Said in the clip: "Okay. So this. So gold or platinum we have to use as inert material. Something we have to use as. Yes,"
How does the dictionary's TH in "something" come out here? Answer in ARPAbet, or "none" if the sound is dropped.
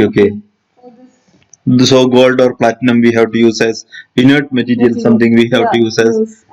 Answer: T